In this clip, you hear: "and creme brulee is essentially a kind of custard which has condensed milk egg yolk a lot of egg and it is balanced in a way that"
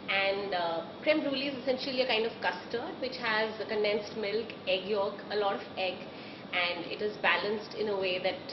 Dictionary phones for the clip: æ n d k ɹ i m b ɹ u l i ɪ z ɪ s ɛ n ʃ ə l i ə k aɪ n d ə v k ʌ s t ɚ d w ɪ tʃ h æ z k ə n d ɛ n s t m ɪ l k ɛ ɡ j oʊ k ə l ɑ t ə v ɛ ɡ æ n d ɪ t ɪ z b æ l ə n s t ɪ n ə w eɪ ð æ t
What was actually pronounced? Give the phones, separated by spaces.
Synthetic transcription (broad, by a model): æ n d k ɹ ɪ m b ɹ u l i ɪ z ɪ s ɛ n ʃ ə l i ə k aɪ n d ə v k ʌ s t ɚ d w ɪ tʃ h æ z k ə n d ɛ n s t m ɪ l k ɛ ɡ j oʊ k ə l ɑ t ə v ɛ ɡ æ n d ɪ t ɪ z b æ l ə n s t ɪ n ə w eɪ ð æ t